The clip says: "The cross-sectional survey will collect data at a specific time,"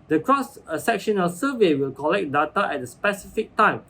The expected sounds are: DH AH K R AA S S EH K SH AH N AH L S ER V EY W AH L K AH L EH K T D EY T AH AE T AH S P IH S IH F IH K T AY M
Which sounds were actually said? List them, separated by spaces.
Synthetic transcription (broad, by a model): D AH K R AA S S EH K SH AH N AH L S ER V EY W AH L K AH L EH K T D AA T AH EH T AH S P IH S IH F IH K T AY M